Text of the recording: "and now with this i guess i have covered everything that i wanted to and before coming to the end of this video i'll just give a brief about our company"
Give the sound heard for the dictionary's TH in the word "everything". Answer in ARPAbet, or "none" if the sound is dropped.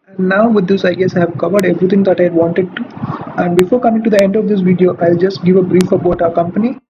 T